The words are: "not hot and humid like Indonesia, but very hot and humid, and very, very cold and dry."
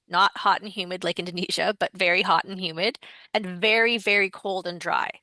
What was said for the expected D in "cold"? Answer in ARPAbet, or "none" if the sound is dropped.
D